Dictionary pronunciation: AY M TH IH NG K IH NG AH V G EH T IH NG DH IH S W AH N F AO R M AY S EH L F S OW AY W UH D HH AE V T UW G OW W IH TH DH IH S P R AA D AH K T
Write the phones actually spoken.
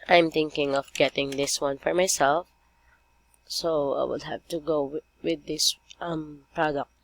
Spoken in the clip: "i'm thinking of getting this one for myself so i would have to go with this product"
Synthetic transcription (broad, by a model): AY M T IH NG K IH NG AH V G EH T IH NG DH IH S W AH N F AO R M AY S EH L F S OW AY W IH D HH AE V T UW G OW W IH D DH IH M P R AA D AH K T